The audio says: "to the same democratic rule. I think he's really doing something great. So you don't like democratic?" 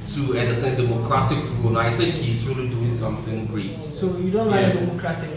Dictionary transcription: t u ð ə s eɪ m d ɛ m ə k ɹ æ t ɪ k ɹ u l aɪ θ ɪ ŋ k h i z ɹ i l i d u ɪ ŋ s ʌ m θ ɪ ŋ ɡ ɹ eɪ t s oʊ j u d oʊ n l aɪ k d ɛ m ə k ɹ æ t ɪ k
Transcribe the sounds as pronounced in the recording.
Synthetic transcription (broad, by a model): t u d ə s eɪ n d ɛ m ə k ɹ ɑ t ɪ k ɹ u n aɪ t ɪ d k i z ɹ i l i d u ɪ ŋ s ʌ m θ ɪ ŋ ɡ ɹ eɪ t s oʊ j u d oʊ n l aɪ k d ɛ m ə k ɹ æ t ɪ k